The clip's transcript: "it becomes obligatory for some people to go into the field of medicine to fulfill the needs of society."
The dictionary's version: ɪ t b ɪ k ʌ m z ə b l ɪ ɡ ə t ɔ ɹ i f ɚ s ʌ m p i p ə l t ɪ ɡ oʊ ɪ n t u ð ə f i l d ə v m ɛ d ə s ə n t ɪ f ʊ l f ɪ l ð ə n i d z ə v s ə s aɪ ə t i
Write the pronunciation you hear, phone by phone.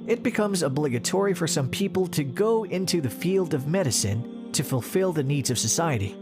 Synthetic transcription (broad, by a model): ɪ t b ɪ k ʌ m z ə b l ɪ ɡ ə t ɔ ɹ i f ɚ s ʌ m p i p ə l t ɪ ɡ oʊ ɪ n t u ð ə f i l d ə v m ɛ d ə s ə n t ɪ f ʊ l f ɪ l ð ə n i d z ə v s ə s aɪ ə t i